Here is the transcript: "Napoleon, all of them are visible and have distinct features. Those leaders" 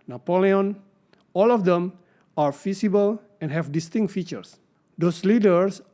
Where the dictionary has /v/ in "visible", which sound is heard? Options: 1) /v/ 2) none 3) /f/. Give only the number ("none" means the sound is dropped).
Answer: 3